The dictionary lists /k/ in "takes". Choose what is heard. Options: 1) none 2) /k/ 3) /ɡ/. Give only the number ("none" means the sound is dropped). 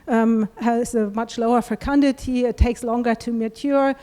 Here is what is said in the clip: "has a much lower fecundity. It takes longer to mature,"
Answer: 2